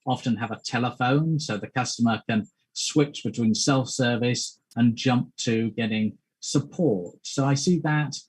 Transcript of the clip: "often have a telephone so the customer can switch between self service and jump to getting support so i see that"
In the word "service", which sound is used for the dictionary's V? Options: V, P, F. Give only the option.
V